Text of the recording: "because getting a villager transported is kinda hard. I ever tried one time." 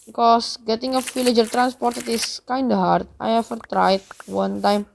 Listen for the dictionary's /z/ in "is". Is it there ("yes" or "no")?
no